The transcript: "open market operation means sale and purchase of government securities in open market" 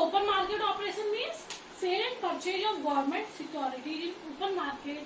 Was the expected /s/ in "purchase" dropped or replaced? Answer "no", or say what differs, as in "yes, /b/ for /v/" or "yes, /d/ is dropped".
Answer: yes, /s/ is dropped